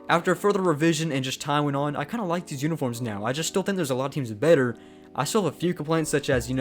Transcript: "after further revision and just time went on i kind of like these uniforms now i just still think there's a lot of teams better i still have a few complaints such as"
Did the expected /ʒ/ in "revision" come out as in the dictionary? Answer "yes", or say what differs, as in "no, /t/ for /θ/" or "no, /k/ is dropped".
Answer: yes